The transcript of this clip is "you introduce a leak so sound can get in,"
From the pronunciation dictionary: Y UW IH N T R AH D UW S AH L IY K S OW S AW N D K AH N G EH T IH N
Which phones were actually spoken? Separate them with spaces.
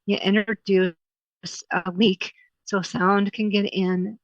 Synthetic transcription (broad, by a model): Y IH T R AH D UW S AH W IY K S OW S AW N D K AH N G EH T IH N